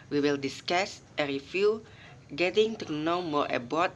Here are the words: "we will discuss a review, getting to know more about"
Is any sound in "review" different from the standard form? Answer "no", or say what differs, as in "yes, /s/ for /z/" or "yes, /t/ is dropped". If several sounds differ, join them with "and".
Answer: yes, /f/ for /v/